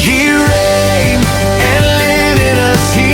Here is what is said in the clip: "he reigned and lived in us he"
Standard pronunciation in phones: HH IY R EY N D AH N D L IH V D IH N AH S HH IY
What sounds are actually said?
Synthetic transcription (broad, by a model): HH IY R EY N AH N L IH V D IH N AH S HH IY